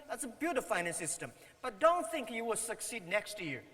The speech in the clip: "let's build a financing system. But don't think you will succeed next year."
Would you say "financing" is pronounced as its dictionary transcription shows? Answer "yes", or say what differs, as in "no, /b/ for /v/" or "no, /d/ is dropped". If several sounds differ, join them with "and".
no, /n/ is dropped and /s/ is dropped